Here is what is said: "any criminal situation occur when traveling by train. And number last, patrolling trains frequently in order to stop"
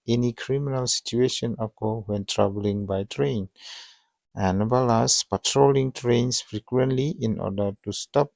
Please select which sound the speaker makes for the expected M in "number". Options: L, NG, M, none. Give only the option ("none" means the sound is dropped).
none